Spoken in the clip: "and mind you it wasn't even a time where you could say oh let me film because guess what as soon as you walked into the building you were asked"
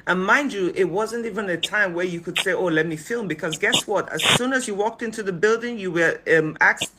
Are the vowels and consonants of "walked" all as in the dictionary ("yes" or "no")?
yes